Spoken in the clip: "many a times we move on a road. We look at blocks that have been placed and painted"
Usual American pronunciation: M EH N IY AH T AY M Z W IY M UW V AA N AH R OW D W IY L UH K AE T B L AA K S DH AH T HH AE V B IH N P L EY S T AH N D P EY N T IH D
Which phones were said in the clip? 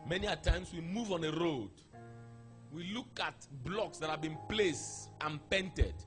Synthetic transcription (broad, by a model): M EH N IY AH T AY M S W IY M UW V AA N AH R OW D W IY L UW K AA T B L AA K S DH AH T HH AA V B IH N P L EY S T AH N P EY N T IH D